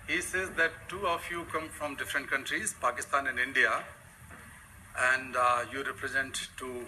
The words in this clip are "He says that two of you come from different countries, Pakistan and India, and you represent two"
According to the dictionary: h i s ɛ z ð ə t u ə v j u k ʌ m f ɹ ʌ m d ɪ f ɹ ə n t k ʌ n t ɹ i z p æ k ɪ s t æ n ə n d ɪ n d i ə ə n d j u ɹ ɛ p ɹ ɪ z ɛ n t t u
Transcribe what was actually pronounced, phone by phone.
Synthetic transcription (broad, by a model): h i s ɛ z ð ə t u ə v j u k ʌ m f ɹ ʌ m d ɪ f ɹ ə n t k ʌ n t ɹ i z p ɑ k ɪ s t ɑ n ə n d ɪ n d i ə ə n d j u ɹ ɛ p ɹ ɪ z ɛ n t t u